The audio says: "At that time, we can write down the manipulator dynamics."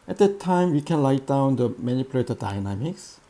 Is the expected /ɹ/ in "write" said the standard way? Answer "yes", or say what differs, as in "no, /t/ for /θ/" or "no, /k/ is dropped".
no, /l/ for /ɹ/